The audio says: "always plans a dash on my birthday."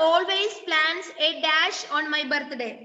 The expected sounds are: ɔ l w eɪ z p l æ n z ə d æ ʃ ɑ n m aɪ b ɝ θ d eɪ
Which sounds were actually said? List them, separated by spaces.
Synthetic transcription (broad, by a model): ɔ l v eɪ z p l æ n s ə d æ ʃ ɑ n m aɪ b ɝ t d eɪ